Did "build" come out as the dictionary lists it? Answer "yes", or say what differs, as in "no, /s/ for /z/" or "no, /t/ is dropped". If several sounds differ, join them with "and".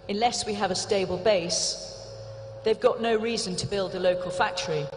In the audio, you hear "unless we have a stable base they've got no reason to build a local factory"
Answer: yes